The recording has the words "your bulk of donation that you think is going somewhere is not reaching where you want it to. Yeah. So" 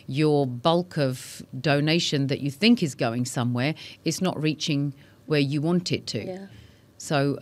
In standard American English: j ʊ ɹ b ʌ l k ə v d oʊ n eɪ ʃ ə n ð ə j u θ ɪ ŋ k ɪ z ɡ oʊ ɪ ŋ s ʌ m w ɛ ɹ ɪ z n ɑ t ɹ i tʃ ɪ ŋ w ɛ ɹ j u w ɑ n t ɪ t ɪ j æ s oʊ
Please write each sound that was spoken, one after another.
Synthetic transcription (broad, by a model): j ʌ ɹ b ʌ l k ə v d oʊ n eɪ ʃ ə n ð ə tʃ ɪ θ ɪ ŋ k ɪ z ɡ oʊ ɪ ŋ s ʌ m w ɛ ɹ ɪ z n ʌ t ɹ i tʃ ɪ ŋ w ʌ ɹ j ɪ w ɑ n t ɪ t ɪ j s oʊ